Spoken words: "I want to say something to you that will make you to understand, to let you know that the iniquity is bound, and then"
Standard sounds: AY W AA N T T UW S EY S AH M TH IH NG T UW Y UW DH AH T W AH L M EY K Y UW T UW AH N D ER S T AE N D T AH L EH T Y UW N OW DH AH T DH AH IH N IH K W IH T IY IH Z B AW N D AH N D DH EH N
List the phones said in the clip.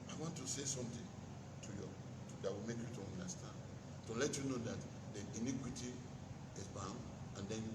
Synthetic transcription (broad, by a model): AY W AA N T T UW S EY S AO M T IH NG T UW Y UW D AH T W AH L M EY K Y UW T UW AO N D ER S T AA N D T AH L EH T Y UW N OW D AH T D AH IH N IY K W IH T IY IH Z B AW N D AH N D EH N